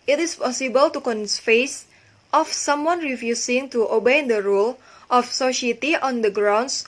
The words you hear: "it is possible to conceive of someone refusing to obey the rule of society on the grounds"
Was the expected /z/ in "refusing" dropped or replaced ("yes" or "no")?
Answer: yes